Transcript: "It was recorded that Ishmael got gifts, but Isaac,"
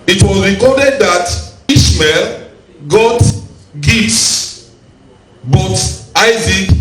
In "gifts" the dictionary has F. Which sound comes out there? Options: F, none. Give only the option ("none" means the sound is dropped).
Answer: none